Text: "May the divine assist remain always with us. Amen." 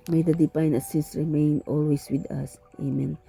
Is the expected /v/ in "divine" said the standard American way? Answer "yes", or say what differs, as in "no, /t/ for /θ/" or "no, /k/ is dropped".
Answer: no, /p/ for /v/